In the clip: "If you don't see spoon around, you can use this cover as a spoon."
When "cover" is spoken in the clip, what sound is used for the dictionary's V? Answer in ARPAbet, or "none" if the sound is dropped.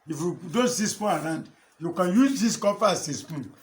F